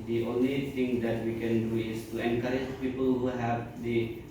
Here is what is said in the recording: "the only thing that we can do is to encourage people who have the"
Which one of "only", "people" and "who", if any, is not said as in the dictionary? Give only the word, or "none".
none